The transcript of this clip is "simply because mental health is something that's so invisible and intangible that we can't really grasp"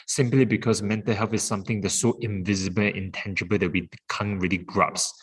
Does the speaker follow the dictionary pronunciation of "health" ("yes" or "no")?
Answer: no